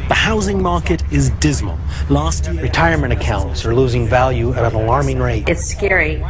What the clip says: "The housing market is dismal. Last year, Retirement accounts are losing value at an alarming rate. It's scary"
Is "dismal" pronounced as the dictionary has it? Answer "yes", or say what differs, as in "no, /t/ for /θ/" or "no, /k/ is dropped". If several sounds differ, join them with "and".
yes